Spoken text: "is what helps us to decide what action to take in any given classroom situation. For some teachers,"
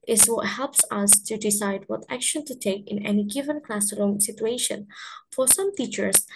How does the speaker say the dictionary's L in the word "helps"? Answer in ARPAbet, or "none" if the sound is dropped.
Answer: L